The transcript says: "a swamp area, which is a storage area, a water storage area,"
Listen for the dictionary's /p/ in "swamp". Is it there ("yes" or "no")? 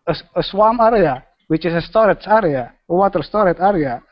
no